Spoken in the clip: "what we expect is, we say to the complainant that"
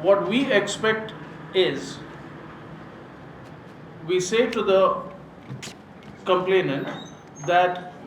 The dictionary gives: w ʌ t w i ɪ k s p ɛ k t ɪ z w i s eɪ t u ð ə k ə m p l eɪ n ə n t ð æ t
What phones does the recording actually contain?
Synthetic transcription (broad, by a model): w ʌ t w i ɪ k s p ɛ k t ɪ z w i s eɪ t u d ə k ə m p l eɪ n ə n t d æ t